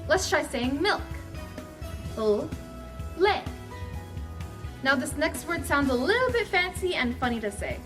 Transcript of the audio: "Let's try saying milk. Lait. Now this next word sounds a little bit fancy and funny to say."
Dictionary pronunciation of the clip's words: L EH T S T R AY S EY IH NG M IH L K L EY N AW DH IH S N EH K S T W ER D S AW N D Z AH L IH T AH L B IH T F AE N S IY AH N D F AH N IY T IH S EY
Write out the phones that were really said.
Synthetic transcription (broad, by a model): L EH T S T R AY S EY IH NG M IH L K L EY N AW DH IH S N EH K S T W ER D S AW N D Z AH L IH T L B IH T F AE N S IY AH N F AH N IY T IH S EY